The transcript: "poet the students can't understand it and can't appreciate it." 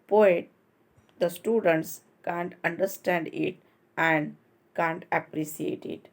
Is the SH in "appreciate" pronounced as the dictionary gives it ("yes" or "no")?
no